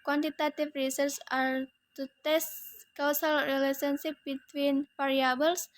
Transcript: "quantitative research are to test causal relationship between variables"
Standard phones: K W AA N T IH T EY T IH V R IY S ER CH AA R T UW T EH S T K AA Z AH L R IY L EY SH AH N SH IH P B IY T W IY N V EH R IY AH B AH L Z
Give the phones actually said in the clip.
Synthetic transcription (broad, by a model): K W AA N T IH T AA T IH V R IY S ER S AA R T UW T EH S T K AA S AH L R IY L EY S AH N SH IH P B IY T W IY N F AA R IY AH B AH L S